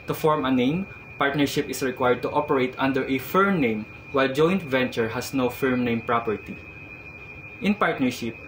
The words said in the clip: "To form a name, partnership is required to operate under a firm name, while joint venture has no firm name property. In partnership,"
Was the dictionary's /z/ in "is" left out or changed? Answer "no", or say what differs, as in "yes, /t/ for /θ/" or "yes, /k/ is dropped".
yes, /s/ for /z/